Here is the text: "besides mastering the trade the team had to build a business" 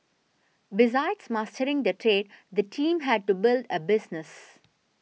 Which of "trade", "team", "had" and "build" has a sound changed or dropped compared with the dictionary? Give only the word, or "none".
none